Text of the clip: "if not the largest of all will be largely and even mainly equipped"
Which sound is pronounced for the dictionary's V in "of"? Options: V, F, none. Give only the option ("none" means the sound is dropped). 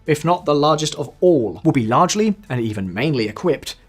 V